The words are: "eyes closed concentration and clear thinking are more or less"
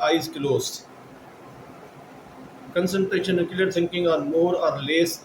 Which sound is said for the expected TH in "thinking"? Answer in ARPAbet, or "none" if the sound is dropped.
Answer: S